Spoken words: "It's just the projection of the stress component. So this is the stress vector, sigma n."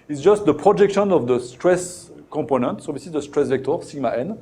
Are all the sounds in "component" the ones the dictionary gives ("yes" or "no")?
no